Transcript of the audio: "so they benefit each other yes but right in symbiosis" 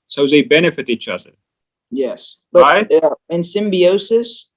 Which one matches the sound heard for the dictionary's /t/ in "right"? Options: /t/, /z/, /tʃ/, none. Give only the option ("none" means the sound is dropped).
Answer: none